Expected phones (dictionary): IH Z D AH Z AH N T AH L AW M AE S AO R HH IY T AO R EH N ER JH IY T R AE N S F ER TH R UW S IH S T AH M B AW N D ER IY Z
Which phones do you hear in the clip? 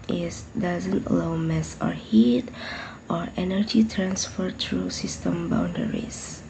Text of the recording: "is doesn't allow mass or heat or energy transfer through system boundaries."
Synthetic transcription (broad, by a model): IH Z D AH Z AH N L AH UH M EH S AO R HH IY T AO R EH N ER JH IY T R AE N S F ER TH R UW S IH S T AH M B AW N D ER IY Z